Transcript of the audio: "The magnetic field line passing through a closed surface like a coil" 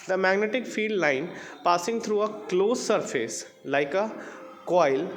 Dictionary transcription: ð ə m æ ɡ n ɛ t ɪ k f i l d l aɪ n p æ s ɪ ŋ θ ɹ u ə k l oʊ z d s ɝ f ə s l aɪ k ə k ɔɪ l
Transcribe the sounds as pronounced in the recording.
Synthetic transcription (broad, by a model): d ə m æ ɡ n ɛ t ɪ k f i d l aɪ n p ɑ s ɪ ŋ t ɹ u ə k l oʊ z s ɝ f ə s l aɪ k ə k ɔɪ l